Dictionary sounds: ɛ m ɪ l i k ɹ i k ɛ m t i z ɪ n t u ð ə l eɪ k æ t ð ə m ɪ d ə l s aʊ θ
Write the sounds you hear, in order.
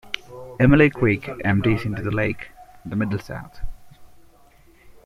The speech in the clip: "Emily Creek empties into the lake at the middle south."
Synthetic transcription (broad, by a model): ɛ m ɪ l i k w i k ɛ m t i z ɪ n t u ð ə l eɪ k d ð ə m ɪ d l s aʊ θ